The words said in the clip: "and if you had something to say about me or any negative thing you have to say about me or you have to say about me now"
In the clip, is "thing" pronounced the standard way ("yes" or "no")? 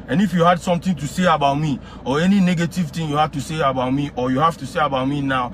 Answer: no